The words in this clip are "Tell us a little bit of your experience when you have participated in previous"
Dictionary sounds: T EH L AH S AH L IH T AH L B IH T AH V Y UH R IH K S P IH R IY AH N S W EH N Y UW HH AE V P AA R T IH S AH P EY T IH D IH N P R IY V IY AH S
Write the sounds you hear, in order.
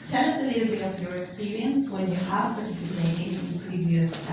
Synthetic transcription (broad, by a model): T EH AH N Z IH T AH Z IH AH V Y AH R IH K S P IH R IY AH N S W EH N Y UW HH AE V P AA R T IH S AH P EY IH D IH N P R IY V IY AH S